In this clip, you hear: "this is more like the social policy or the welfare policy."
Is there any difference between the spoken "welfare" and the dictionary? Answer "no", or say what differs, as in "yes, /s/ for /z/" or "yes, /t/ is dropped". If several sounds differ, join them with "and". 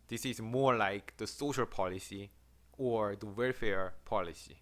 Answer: no